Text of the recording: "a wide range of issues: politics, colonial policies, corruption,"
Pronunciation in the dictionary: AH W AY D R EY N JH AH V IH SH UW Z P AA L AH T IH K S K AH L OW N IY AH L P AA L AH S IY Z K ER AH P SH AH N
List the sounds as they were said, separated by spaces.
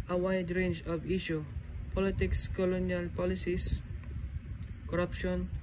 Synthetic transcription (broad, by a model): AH W AY D R EY N JH AH V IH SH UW P AA L AH T IH K S K AH L OW N IY AH L P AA L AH S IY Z K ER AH P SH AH N